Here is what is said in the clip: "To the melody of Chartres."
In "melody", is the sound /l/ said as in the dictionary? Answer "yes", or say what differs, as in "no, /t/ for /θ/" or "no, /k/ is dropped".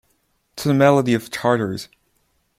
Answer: yes